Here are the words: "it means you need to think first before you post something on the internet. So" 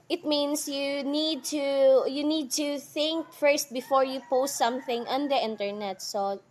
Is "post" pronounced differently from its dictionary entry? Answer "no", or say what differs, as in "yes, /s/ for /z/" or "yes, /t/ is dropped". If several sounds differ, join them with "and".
no